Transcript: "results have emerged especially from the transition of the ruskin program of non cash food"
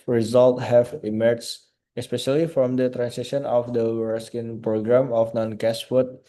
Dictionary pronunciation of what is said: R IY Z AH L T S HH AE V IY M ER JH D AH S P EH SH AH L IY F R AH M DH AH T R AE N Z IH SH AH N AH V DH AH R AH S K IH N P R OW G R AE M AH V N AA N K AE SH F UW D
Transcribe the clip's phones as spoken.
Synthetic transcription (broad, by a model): R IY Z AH L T HH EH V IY M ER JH AH S P EH SH AH L IY F R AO M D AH T R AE N S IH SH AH N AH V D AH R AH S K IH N P R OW G R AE M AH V N AA N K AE S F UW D